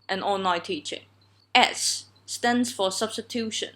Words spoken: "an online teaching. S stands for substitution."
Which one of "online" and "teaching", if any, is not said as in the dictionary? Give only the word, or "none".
online